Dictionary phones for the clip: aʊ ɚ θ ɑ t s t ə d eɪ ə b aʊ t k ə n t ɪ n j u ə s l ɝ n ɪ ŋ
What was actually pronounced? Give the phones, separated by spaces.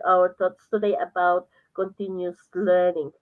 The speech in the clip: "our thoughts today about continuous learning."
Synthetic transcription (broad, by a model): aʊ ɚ t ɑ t s t ə d eɪ ə b aʊ t k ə n t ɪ n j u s l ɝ n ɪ ŋ